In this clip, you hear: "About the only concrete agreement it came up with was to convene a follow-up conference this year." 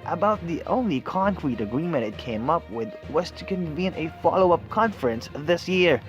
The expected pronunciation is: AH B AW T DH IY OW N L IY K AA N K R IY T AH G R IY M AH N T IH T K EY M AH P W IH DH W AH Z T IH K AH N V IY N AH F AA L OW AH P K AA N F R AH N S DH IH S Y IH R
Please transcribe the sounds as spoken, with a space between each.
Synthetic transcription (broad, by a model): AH B AW T DH IY OW N L IY K AA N K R IY T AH G R IY M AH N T IH T K EY M AH P W IH DH W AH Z T IH K AH N V IY N AH F AA L OW AH P K AA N F R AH N S DH IH S Y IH R